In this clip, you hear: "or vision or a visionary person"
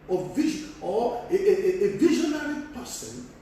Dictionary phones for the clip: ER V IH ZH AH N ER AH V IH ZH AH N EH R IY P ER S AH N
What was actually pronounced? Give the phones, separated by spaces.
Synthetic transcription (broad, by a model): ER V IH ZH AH ER AH V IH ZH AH N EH R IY P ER S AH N